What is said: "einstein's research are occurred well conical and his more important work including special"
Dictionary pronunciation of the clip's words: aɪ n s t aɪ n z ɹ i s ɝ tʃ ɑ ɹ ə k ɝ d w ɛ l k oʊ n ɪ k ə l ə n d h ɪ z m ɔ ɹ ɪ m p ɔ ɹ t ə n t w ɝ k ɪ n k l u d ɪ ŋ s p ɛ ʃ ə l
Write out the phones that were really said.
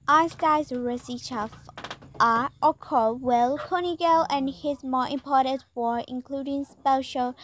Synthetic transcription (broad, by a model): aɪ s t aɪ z ɹ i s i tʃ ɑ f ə k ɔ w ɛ l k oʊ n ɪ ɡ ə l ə n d h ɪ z m ɔ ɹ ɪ m p ɔ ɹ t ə n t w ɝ ɪ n k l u d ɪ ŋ s p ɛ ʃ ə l